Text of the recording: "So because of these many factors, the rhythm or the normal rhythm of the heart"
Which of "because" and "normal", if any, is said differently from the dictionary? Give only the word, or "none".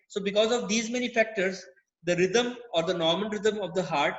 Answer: normal